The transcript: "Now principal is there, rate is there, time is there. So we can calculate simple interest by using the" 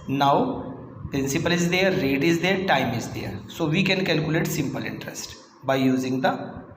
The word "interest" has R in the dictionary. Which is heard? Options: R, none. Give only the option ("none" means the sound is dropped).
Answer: R